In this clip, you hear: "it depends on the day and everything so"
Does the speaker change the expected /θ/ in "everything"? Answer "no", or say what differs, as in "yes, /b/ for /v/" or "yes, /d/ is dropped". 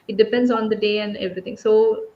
yes, /t/ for /θ/